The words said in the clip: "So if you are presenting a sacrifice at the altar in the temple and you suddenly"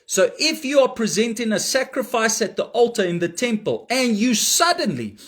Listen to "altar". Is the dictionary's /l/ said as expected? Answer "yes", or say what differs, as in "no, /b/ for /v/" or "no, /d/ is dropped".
yes